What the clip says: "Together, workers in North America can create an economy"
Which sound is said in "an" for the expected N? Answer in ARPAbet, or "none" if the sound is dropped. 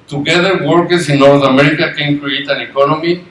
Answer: N